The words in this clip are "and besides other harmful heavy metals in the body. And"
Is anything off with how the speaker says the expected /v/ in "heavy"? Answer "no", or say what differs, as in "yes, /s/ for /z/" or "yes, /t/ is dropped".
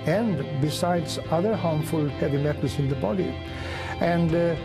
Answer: yes, /b/ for /v/